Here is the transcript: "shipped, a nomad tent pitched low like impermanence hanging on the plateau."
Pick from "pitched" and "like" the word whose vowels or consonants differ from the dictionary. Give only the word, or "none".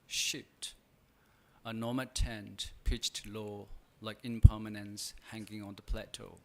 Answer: none